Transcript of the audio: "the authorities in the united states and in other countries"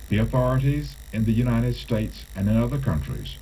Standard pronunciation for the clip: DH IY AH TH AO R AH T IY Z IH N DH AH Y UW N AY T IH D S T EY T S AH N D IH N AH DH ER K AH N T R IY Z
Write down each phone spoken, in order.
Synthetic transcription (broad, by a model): DH IY AH TH AO R AH T IY Z IH N DH AH Y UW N AY T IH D S T EY T S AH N IH N AH DH ER K AH N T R IY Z